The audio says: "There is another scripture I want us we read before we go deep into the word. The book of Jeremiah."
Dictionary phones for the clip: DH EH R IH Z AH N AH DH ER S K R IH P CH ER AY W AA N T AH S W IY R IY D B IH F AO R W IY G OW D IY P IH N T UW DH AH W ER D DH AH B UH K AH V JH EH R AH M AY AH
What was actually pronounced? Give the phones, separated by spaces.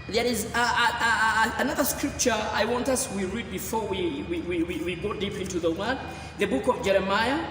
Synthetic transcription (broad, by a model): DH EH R IH Z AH N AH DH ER S K R IH P CH ER AY W AA N T AH S W IY R IY D B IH F AO R W IY G OW D IY P IH N T UW DH AH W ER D DH AH B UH K AH V JH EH R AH M AY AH